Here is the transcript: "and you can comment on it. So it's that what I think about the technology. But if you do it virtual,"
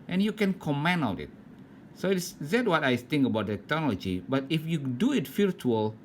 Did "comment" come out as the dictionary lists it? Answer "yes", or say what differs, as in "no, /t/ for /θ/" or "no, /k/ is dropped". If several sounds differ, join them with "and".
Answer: no, /t/ is dropped